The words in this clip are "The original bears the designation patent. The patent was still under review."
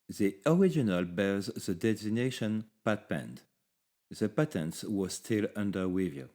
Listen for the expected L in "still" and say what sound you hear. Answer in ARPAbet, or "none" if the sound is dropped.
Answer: L